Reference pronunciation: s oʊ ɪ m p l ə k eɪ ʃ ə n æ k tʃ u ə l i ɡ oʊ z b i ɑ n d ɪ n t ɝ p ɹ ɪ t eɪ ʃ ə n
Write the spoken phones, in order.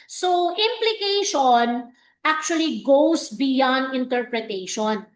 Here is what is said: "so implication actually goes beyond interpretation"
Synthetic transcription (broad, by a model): s oʊ ɪ m p l ə k eɪ ʃ ə n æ k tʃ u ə l i ɡ oʊ s b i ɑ n d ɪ n t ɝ p ɹ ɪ t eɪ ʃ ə n